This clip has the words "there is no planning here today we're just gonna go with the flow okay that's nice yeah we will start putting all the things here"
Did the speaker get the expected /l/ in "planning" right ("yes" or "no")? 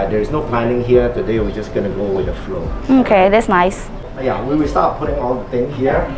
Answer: yes